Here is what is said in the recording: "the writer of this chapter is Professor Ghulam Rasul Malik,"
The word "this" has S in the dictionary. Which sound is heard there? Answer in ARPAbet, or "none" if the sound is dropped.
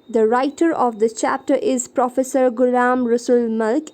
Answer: none